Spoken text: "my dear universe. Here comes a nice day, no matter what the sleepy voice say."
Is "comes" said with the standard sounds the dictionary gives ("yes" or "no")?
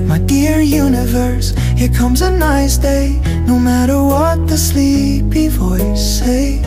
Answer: yes